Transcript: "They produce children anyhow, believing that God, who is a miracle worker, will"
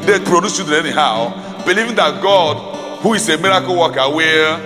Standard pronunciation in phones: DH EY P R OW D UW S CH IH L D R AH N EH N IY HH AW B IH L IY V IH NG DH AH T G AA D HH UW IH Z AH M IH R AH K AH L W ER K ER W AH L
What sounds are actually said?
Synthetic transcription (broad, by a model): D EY P R OW D UW S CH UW D AH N EH N IY HH AW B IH L IY V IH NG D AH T G AA D HH UW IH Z AH M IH R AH K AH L W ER K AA W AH